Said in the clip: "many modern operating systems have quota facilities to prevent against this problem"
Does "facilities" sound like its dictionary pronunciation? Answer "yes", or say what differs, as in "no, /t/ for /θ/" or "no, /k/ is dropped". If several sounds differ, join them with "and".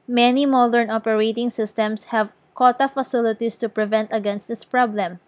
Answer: no, /s/ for /z/